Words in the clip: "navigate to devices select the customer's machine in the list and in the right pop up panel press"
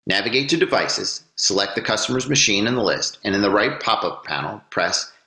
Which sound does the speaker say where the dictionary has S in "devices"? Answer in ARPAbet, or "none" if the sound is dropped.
S